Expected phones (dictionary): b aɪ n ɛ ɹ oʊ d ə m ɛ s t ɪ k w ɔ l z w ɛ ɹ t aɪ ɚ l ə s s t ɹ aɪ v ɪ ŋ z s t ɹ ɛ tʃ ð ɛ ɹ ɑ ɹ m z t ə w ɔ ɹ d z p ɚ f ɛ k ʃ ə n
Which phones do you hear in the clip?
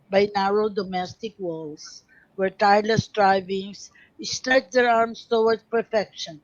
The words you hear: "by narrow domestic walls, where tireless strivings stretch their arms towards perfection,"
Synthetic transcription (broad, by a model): b aɪ n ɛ ɹ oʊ d ə m ɛ s t ɪ k w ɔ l s w ɛ ɹ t aɪ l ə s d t ɹ aɪ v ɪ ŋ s s t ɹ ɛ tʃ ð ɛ ɹ ɑ ɹ m s t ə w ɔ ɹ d p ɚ f ɛ k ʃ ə n